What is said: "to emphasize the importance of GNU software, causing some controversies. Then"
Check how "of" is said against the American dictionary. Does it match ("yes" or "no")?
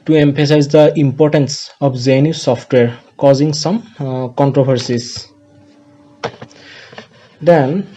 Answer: no